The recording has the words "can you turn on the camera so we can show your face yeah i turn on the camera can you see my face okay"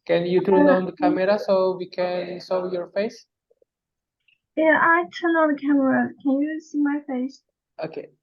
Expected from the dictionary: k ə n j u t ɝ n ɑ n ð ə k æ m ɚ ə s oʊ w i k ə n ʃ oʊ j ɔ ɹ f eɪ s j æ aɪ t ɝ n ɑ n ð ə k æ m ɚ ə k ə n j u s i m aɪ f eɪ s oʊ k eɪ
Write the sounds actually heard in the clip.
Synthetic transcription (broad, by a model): k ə n j u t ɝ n ɑ n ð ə k æ m ɚ ə s oʊ w i k ə n s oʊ j ɔ ɹ f eɪ s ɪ aɪ t ɝ n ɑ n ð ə k æ m ɚ ə k ə n j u s i m aɪ f eɪ s oʊ k eɪ